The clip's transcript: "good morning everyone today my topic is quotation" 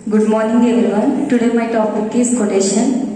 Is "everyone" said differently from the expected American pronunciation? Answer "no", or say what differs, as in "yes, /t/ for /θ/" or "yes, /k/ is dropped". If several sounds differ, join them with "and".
yes, /ɹ/ is dropped